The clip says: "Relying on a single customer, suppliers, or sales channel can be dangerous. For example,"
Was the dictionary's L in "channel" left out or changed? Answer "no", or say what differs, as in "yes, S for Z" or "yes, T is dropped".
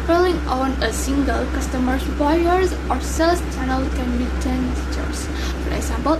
no